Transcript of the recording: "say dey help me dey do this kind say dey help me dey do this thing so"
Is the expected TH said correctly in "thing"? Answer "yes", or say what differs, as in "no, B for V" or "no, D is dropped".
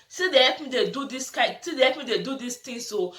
no, T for TH